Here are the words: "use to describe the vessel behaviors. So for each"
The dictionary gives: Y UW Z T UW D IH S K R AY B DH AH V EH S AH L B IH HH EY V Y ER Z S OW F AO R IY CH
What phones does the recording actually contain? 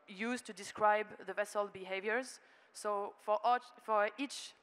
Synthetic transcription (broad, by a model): Y UW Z T UW D IH S K R AY B DH AH V EH S AH L B IH HH EY V Y ER Z S OW F AO R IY CH